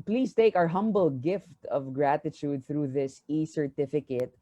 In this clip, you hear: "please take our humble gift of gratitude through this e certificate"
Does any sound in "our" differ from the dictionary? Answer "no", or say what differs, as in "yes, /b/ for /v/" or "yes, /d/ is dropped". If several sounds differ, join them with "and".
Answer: no